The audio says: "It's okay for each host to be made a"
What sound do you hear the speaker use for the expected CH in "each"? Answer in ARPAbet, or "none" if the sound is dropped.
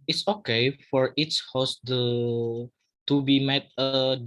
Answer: S